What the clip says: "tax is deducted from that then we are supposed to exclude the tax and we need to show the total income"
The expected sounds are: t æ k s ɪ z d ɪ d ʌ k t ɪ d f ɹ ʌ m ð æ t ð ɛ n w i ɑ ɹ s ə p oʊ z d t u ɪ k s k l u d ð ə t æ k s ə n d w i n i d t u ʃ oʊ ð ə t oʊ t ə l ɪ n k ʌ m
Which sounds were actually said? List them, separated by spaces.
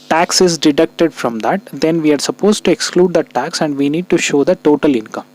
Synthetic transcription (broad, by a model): t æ k s ɪ z d ɪ d ʌ k t ɪ d f ɹ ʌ m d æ t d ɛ n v i ɑ ɹ s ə p oʊ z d t u ɪ k s k l u d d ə t æ k s ə n d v i n i d t u ʃ oʊ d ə t oʊ t ə l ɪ n k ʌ m